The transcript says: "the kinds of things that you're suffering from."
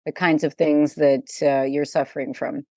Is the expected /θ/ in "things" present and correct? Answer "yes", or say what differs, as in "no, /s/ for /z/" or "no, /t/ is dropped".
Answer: yes